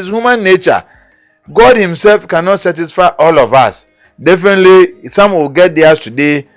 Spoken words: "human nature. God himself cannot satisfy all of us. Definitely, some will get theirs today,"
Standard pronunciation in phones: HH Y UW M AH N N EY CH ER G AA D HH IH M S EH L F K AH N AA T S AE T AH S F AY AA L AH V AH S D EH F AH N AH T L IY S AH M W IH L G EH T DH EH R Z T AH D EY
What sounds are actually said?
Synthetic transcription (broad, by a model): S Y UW M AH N N EY CH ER G AA D HH IH M S EH L F K AH N AA T S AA T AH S F AY AA L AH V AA S D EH F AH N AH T L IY S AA M W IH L G EH T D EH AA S T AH D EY